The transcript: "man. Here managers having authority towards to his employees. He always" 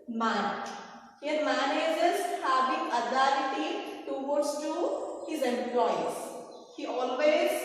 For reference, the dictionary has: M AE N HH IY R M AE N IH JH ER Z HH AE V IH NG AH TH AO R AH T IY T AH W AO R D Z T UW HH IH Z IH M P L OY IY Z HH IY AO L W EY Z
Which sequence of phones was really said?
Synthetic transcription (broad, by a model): M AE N HH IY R M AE N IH JH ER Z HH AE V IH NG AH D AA L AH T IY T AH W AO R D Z T UW HH IH Z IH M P L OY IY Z HH IY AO L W EY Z